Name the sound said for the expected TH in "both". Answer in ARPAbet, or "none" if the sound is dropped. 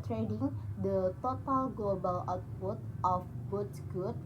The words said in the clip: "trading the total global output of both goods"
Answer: T